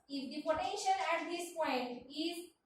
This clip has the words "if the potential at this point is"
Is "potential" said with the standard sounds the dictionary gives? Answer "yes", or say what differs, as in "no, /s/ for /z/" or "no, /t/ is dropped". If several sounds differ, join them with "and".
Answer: no, /n/ is dropped and /n/ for /l/